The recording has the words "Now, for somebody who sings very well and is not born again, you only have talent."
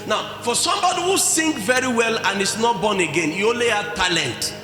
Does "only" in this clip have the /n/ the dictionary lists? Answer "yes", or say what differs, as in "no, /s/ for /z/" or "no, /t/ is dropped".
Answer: no, /n/ is dropped